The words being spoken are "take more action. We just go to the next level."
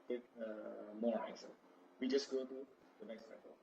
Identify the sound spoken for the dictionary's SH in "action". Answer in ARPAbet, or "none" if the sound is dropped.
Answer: S